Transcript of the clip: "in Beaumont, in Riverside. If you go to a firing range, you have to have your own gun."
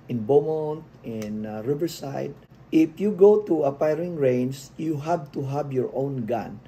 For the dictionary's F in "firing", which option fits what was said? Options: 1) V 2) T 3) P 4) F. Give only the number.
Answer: 3